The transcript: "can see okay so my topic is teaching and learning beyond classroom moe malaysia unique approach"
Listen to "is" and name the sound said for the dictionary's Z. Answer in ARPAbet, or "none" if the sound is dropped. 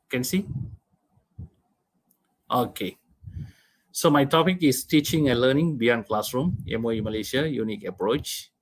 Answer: S